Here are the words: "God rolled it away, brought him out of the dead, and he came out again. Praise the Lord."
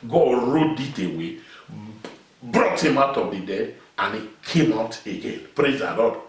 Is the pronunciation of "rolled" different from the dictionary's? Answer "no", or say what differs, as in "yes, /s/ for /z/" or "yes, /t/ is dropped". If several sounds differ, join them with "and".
yes, /l/ is dropped